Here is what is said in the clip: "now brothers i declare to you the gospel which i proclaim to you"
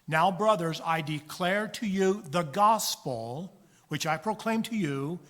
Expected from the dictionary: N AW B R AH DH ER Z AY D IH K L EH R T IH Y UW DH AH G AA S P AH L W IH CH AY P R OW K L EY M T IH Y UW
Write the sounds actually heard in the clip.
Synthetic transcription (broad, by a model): N AW B R AH DH ER Z AY D IH K L EH R T IH Y UW DH AH G AA S P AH L W IH CH AY P R OW K L EY M T IH Y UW